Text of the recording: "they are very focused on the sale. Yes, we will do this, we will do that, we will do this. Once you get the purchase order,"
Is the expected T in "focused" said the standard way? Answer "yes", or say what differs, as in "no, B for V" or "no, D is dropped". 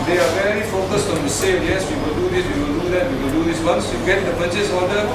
yes